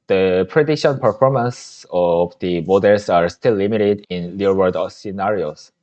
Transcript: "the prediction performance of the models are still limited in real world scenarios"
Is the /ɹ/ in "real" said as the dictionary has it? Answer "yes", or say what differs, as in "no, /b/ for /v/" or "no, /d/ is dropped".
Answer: no, /l/ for /ɹ/